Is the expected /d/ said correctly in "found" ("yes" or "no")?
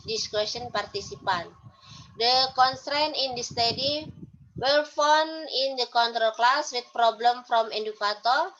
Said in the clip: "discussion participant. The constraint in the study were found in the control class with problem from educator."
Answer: no